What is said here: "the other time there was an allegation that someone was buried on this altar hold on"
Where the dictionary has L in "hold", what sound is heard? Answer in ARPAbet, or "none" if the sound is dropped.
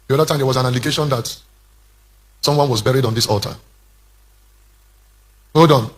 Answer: none